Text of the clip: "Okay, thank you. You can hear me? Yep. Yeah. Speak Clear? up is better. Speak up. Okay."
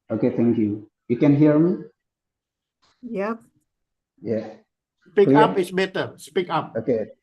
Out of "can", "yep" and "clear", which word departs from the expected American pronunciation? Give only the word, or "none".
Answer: clear